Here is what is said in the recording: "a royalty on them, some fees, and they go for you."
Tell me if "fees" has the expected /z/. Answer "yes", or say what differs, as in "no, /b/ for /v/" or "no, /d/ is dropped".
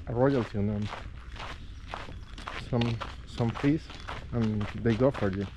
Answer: no, /s/ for /z/